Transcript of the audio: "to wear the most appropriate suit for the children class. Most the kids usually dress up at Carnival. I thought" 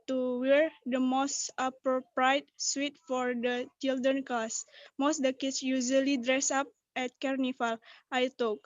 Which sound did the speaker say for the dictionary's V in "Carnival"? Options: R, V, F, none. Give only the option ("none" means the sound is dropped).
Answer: F